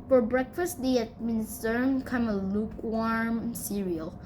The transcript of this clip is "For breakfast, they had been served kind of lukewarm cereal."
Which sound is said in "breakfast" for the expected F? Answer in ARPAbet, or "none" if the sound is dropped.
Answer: F